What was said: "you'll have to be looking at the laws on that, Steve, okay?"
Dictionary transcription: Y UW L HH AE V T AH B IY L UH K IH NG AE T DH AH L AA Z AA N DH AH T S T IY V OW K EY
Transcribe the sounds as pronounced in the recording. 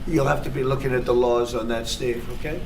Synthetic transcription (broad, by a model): Y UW L HH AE F T AH B IY L UH K IH NG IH T DH AH L AA Z N DH AH T S T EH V OW K EY